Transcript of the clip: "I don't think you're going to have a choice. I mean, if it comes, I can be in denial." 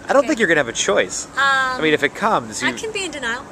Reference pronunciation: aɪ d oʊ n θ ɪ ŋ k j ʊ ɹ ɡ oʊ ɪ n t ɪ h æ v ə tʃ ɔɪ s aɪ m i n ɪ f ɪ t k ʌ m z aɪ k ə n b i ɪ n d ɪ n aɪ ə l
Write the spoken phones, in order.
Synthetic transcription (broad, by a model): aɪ d oʊ n θ ɪ ŋ k j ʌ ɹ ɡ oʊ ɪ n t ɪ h v ə tʃ ɔɪ s aɪ m i n ɪ f ɪ t k ʌ m z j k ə n b i ɪ n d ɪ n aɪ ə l